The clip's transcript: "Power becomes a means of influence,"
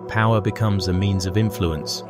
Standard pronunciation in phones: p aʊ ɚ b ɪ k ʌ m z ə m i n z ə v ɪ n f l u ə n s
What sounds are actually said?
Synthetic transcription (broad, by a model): p aʊ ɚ b ɪ k ʌ m z ə m i n z ə v ɪ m f l u ə n s